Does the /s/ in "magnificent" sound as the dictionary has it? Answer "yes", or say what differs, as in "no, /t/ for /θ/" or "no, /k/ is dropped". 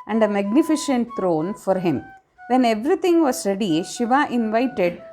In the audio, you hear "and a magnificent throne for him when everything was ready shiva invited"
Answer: no, /ʃ/ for /s/